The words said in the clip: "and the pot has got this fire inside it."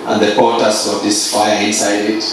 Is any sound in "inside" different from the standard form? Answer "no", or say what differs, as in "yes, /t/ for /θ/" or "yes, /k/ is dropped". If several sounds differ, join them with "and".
no